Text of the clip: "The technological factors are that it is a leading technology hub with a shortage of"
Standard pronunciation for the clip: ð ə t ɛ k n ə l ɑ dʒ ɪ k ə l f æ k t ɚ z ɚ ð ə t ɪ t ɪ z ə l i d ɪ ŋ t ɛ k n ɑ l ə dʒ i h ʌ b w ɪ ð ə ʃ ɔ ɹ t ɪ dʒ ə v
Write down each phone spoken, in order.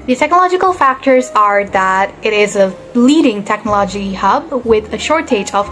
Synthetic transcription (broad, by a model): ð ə t ɛ k n ə l ɑ dʒ ɪ k ə l f æ k t ɚ z ɚ ð ə t ɪ t ɪ z ə l i d ɪ ŋ t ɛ k n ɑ l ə dʒ i h ʌ b w ɪ ð ə ʃ ɔ ɹ t ɪ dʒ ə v